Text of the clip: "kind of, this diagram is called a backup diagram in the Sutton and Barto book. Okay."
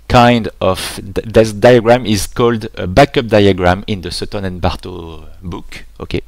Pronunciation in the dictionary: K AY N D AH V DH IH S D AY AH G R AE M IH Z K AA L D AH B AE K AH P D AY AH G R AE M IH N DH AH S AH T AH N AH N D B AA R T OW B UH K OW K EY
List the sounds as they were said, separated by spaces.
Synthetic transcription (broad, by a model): K AY N D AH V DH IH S D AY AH G R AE M IH Z K AA L D AH B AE K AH P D AY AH G R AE M IH N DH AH S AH T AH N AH N B AA R T OW B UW K OW K EY